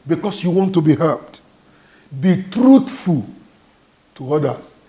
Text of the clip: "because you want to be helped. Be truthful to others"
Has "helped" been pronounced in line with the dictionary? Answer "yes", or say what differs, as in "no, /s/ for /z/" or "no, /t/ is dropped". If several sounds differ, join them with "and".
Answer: no, /l/ is dropped